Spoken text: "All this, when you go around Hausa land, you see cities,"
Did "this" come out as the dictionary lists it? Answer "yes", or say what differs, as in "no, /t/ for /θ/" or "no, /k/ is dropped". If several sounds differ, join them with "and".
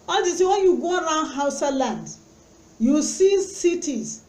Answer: no, /s/ is dropped